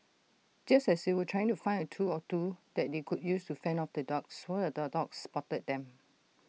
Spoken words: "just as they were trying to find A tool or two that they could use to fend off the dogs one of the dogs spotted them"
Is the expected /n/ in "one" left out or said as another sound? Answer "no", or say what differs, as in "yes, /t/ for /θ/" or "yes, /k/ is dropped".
yes, /n/ is dropped